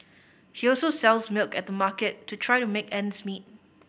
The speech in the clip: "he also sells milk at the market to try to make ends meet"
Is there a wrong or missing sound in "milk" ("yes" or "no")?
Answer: no